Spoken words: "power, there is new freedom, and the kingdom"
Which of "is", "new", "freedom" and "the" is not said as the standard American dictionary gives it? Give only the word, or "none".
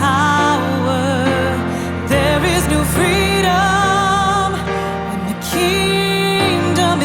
none